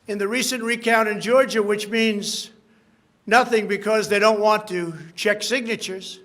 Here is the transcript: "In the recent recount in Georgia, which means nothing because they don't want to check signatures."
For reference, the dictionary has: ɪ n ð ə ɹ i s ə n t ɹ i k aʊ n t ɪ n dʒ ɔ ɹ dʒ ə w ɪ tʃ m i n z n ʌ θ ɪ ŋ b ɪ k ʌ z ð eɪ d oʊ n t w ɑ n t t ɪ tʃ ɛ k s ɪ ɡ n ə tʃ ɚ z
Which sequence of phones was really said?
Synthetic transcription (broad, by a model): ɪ n ð ə ɹ i s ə n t ɹ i k aʊ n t ɪ n dʒ ɔ ɹ dʒ ə w ɪ tʃ m i n z n ʌ θ ɪ ŋ b ɪ k ʌ z ð eɪ d oʊ n t w ɑ n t t ɪ tʃ ɛ k s ɪ ɡ n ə tʃ ɚ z